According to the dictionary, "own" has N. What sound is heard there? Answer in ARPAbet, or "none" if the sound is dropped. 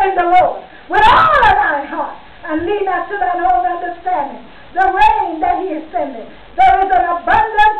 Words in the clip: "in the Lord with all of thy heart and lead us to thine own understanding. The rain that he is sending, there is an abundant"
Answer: L